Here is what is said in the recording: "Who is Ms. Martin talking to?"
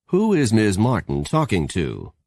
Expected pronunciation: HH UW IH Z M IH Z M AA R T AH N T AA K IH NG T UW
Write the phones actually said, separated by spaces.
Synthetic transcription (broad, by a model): HH UW IH Z M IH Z M AA R T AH N T AA K IH NG T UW